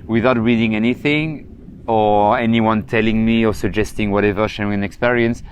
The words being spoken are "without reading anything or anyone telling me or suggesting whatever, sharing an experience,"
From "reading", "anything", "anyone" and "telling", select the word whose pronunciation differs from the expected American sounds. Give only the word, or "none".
none